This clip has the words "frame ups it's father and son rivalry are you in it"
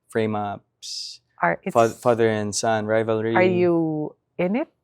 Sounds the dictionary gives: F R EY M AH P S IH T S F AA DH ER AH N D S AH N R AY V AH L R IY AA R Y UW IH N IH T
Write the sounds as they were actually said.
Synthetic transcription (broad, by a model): F R EY M AH P S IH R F F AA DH ER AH N S AH N R AY V AH L R IY AA R Y UW IH N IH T